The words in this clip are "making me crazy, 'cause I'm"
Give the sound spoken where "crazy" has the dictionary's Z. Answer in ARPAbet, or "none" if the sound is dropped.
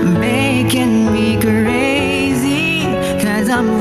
Z